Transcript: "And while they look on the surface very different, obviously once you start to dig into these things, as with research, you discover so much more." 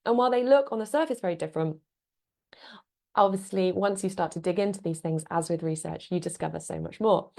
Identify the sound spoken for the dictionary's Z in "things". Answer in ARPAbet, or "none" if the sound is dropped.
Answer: Z